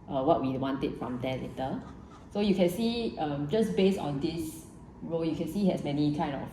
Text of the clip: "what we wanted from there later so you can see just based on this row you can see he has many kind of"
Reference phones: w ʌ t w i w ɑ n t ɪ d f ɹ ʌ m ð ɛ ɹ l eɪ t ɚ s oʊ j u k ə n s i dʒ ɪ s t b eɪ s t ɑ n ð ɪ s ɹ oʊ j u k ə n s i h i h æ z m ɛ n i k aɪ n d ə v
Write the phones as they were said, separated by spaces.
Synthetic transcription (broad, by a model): w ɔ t w i w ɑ n t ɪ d f ɹ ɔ m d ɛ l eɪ t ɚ s oʊ j u k ə n s i dʒ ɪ s b eɪ s t ɑ n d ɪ s ɹ oʊ j u k ə n s i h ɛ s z m ɛ n i k aɪ n d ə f